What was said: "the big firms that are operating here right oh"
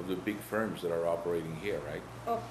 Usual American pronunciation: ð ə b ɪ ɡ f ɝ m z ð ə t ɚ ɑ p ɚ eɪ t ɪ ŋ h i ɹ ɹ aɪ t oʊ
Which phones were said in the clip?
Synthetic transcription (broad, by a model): ð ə b ɪ ɡ f ɝ m z ð ə t ɚ ɑ p ɚ eɪ t ɪ ŋ h i ɹ ɹ aɪ t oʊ